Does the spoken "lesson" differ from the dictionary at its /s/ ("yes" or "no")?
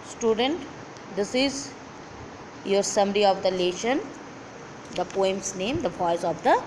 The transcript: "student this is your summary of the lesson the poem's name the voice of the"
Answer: yes